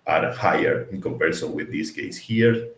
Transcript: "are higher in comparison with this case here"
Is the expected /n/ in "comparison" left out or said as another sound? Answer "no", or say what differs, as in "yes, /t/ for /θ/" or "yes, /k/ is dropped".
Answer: yes, /l/ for /n/